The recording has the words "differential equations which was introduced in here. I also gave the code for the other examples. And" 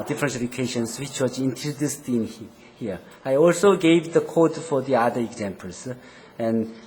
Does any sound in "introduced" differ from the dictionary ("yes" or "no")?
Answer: yes